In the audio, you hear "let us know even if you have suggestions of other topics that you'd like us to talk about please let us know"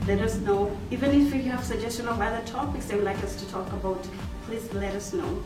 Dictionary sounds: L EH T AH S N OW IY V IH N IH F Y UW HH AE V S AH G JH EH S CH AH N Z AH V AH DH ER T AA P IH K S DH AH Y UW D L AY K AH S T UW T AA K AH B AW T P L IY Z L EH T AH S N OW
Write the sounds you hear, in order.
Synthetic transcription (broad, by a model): L EH T AH S N OW IY V IH N IH F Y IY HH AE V S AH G JH EH S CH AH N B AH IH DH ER T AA B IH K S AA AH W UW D L AY K AH S T UW T AA K AH B AW T P L IY Z L EH T AH S N OW